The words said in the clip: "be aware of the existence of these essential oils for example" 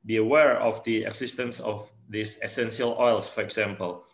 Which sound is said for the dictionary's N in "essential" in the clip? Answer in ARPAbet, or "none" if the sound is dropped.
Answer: N